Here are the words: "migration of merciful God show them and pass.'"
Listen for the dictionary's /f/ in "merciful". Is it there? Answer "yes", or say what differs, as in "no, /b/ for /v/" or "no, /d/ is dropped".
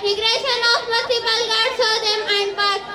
no, /p/ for /f/